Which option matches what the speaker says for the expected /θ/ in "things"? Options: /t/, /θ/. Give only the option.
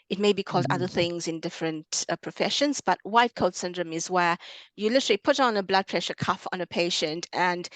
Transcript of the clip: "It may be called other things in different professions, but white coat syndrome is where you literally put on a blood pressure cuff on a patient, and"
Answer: /θ/